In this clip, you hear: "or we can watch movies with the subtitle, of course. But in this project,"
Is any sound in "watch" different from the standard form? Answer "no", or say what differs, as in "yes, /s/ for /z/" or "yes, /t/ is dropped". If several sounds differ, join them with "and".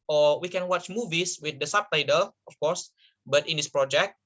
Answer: no